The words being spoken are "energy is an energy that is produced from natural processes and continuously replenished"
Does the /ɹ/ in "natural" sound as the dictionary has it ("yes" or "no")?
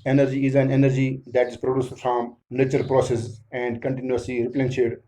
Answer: no